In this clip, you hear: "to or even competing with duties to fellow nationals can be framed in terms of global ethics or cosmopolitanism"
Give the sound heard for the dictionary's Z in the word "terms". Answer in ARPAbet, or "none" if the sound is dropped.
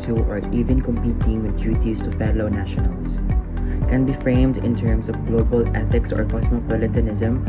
S